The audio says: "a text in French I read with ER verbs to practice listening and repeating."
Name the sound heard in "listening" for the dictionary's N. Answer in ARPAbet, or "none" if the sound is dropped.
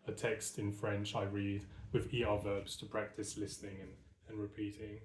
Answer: N